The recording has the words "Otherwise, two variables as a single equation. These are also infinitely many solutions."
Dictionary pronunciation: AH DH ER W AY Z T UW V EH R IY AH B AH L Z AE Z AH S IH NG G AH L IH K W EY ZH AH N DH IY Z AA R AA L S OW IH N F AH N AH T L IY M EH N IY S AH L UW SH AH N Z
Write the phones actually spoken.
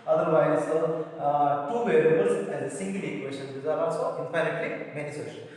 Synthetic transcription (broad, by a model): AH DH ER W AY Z T UW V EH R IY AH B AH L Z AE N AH S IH NG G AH L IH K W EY SH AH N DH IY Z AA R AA S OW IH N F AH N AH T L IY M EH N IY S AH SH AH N